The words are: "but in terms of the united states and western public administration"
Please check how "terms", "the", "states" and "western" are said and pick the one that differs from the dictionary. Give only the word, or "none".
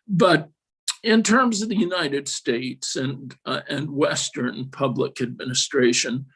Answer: none